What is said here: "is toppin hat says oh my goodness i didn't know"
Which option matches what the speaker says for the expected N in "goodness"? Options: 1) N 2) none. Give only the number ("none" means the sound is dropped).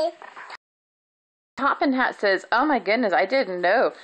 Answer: 1